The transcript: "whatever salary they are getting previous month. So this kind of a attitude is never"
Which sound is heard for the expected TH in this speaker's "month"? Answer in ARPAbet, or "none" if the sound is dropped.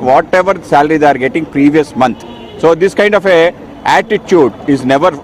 T